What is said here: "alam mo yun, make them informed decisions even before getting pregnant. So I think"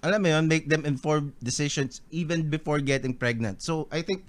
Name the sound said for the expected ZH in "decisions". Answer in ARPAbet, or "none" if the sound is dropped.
SH